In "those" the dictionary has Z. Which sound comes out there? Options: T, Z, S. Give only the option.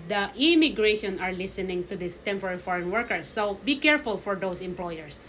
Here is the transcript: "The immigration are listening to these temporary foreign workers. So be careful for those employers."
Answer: S